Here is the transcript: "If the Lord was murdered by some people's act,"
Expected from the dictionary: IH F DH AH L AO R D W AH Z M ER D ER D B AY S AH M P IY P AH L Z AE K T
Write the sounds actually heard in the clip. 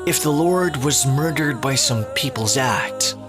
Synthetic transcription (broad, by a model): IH F DH AH L AO R D W AH Z M ER D ER D B AY S AH M P IY P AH L Z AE K T